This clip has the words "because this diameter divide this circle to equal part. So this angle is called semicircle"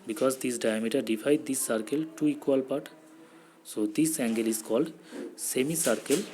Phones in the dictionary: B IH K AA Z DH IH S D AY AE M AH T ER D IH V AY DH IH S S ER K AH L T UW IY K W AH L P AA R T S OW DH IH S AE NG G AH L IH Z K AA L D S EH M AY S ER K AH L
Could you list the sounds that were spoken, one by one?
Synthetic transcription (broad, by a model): B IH K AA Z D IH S D AY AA M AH T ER D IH F AY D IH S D K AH L T UW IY K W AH L P AA R T S OW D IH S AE NG G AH L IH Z K AA L D S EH M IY S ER K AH L